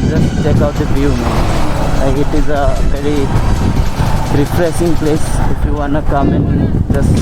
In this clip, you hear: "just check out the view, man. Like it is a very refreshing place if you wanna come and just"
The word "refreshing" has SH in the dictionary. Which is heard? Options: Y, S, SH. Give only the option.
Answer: S